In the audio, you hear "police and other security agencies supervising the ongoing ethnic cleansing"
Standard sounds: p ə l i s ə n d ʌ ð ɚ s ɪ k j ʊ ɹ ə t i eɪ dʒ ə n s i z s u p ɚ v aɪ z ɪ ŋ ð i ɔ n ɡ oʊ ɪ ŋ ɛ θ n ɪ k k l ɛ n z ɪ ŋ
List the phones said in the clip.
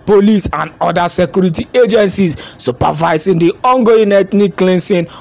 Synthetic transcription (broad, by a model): p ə l i s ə n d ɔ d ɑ s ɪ k j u ɹ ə t i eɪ dʒ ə n s i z s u p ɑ v aɪ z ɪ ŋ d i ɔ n ɡ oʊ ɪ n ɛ t n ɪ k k l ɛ n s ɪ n